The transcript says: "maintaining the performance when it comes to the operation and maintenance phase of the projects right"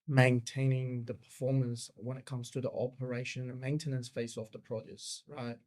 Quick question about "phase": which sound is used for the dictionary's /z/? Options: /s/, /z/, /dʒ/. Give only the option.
/s/